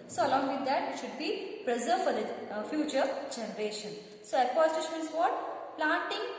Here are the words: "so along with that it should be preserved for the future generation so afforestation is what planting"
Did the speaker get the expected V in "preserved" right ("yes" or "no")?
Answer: no